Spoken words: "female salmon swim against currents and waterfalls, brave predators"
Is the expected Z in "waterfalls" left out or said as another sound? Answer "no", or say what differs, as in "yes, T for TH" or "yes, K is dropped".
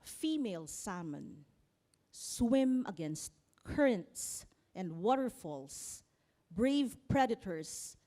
yes, S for Z